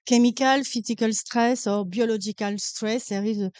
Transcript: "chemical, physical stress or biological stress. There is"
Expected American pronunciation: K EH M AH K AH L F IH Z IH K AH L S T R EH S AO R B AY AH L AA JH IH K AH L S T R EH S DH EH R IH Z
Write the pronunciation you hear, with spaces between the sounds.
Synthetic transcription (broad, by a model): K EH M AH K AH L F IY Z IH K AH L S T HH EH S AO R B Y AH L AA ZH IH K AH L S T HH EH S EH R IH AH